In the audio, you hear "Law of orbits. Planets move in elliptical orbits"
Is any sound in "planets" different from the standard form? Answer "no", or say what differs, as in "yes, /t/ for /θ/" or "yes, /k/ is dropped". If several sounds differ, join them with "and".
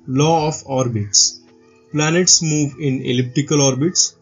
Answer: no